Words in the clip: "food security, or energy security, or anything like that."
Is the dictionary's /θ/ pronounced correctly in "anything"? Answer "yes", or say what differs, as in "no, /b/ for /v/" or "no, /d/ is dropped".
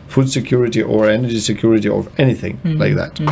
yes